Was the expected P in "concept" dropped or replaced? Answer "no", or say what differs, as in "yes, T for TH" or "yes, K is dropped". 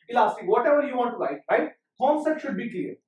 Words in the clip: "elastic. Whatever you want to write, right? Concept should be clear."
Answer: yes, P is dropped